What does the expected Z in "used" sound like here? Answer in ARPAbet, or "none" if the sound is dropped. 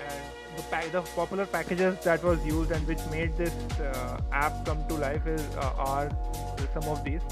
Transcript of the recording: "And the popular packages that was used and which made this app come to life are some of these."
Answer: Z